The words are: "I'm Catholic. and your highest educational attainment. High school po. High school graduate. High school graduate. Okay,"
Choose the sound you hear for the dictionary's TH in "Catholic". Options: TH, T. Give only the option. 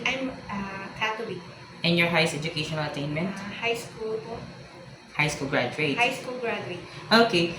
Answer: T